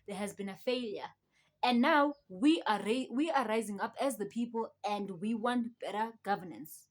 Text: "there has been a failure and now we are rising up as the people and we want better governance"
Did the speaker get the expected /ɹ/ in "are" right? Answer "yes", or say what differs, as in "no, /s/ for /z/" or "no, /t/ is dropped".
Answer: no, /w/ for /ɹ/